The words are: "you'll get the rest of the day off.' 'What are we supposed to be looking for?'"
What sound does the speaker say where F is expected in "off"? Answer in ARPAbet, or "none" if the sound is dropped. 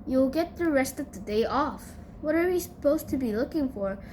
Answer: F